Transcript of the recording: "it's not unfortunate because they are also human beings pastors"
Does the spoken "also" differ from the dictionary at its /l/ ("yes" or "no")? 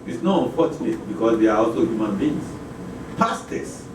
no